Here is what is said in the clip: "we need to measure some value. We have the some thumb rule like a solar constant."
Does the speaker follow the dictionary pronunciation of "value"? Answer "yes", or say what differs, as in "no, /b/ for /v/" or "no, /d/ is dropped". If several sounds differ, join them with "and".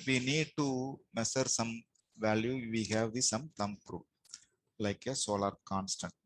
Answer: yes